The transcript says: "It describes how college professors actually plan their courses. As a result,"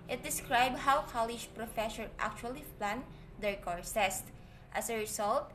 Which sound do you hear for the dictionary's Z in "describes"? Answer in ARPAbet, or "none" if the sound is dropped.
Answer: none